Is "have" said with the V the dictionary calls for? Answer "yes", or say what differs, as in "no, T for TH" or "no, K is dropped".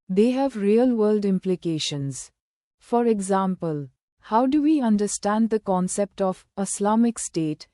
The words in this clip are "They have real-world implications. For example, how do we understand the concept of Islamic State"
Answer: yes